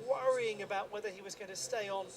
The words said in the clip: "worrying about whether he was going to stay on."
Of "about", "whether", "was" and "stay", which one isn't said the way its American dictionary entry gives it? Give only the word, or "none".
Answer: none